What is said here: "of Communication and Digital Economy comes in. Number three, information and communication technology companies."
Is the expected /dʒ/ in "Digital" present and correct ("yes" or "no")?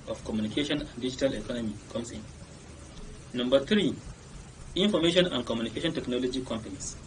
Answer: yes